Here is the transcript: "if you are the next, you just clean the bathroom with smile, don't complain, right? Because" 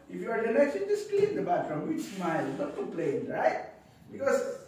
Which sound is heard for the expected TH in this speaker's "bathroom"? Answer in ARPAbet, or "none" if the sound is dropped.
F